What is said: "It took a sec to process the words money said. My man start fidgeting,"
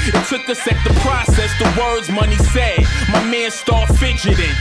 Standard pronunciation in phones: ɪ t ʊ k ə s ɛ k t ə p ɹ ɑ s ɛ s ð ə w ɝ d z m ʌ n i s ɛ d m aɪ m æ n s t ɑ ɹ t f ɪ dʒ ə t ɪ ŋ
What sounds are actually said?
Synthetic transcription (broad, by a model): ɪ t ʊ k ə s ɛ k t ə p ɹ ɑ s ɛ s ð ə w ɝ d z m ʌ n i s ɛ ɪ m aɪ m æ n s t ɑ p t f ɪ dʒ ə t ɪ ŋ